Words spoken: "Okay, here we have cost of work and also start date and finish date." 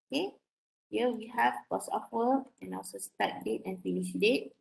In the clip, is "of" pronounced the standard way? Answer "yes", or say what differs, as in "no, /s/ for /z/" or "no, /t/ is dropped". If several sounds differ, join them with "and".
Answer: no, /p/ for /v/